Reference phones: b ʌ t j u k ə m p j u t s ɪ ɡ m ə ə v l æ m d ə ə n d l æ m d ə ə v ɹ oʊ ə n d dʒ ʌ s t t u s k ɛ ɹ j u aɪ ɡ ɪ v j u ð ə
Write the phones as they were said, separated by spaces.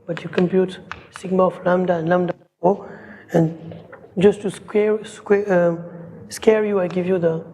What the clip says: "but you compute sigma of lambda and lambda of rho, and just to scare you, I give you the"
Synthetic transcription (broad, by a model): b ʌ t j u k ə m p j u t s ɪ ɡ m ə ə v l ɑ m d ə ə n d l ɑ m d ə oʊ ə n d dʒ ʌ s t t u s k ɛ ɹ j u aɪ ɡ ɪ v j u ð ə